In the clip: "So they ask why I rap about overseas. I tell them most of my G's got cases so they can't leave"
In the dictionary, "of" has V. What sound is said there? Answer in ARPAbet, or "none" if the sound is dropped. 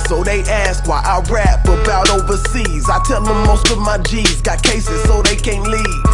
V